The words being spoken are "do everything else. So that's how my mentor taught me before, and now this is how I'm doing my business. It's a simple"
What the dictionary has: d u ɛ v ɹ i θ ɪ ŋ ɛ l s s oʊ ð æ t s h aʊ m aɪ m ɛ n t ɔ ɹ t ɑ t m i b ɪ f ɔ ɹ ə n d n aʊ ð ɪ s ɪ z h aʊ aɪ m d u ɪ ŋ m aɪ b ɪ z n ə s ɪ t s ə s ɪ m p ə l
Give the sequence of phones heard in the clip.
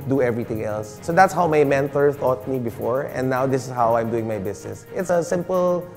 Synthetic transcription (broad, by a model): d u ɛ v ɹ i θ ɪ ŋ ɛ l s s oʊ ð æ t s h aʊ m aɪ m ɛ n t ɔ ɹ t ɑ t m i b ɪ f ɔ ɹ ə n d n aʊ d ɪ s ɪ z h aʊ aɪ m d u ɪ ŋ m aɪ b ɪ s n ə s ɪ t s ə s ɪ m p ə l